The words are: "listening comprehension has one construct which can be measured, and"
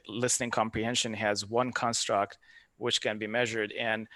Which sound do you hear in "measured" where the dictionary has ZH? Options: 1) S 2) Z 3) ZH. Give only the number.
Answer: 3